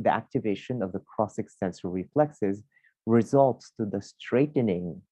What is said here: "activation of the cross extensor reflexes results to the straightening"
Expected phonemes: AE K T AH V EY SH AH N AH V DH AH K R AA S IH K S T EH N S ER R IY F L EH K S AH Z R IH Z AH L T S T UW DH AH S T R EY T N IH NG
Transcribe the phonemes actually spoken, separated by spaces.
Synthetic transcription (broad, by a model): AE K T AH V EY SH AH N AH V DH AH K R AA S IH K S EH N S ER R IY F L EH K S AH Z R IH Z AH L T S T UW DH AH S T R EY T N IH NG